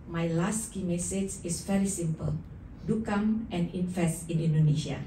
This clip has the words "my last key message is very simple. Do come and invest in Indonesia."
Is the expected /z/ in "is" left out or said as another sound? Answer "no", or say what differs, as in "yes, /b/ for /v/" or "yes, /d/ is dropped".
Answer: yes, /s/ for /z/